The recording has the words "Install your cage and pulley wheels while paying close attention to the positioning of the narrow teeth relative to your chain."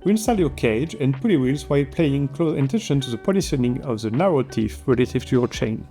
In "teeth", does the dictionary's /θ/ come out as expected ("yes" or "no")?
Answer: no